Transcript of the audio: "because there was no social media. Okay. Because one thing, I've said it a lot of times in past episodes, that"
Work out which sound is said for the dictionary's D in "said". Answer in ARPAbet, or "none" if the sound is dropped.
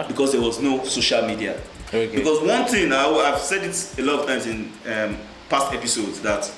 D